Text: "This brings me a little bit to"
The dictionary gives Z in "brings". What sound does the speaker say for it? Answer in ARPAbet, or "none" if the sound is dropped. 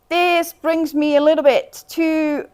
Z